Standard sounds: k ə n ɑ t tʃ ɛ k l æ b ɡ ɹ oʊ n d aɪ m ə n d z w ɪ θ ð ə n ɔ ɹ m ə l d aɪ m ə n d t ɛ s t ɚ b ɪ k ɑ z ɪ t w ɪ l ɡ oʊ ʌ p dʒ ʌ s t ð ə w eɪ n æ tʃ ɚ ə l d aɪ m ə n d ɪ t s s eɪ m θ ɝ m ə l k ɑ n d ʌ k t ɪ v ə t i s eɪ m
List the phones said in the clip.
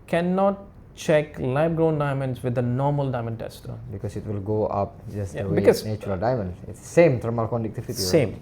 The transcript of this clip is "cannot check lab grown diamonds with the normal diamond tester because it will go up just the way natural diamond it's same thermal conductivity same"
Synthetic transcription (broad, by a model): k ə n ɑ t tʃ ɛ k l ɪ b ɡ ɹ oʊ n d aɪ m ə n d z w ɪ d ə n ɔ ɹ m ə l d aɪ m ə n d t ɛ s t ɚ b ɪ k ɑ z ɪ t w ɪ l ɡ oʊ ʌ p dʒ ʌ s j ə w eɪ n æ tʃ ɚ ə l d aɪ m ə n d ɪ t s s eɪ m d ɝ m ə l k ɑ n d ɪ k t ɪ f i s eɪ m